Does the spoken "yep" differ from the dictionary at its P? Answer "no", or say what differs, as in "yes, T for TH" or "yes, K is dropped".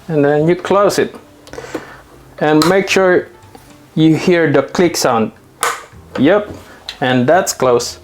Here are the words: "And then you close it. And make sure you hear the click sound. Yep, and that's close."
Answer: no